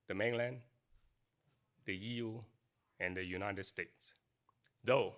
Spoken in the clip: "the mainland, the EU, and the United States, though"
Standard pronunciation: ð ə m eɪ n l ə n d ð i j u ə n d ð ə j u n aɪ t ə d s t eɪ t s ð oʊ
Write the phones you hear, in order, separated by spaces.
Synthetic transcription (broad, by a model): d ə m eɪ n l ə n d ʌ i j u ə n d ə j u n aɪ t ə d s t eɪ t s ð oʊ